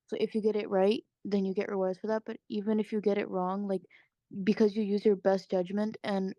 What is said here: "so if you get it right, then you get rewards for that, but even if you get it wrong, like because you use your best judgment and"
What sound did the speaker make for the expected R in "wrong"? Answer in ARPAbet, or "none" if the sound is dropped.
R